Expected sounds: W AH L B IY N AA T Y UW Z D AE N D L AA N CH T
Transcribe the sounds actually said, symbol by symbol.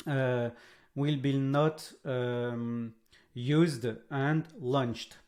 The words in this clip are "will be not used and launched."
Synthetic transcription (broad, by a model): W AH L B IY N AA T Y UW Z D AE N D L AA N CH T